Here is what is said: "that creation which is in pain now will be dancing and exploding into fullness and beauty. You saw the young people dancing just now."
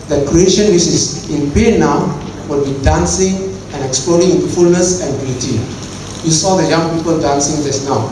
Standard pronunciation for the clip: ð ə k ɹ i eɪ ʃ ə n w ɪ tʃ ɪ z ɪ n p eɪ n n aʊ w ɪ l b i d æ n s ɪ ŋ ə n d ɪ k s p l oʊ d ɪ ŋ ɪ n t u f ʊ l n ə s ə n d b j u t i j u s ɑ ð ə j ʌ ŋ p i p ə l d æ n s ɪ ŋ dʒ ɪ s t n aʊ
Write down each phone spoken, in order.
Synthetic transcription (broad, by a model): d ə k ɹ i eɪ ʃ ə n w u s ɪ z ɪ n b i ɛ n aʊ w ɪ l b i d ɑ n s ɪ ŋ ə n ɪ k s p l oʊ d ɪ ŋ ɪ n t u f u l n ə s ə n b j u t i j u s ɑ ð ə j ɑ ŋ p i p ə l d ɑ n s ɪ ŋ dʒ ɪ s n aʊ